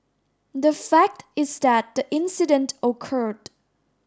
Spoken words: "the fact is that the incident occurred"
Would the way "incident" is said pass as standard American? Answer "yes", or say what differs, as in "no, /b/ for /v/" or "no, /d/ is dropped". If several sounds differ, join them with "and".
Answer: yes